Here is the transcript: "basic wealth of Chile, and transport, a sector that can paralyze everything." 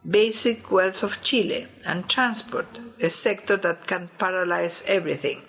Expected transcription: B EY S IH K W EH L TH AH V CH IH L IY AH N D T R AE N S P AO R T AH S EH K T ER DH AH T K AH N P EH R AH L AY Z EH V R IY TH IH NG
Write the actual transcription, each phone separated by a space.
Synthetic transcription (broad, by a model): B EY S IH K W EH L S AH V CH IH L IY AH N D T R AE N S P AO R T AH S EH K T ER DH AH T K AH N P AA R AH L AY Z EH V R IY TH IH NG